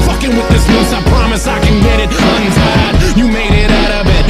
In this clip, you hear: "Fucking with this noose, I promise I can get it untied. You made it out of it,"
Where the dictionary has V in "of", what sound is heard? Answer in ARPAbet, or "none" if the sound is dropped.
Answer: B